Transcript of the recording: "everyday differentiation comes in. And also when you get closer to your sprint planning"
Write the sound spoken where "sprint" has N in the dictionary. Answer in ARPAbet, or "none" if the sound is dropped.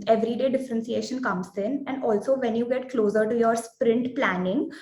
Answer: N